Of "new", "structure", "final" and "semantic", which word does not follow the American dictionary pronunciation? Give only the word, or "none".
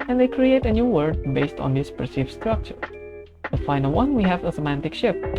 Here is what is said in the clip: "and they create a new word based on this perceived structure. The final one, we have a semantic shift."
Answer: none